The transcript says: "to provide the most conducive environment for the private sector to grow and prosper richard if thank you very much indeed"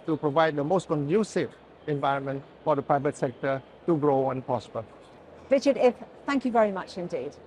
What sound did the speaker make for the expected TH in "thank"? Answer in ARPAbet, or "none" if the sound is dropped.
TH